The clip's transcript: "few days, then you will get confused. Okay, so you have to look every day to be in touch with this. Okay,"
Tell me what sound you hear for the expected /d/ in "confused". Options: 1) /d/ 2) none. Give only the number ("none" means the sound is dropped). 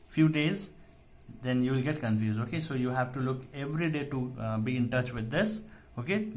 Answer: 2